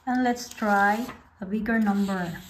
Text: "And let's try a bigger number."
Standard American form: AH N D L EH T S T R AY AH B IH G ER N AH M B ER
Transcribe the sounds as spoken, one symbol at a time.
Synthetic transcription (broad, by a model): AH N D L EH T S T R AY AH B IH G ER N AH M B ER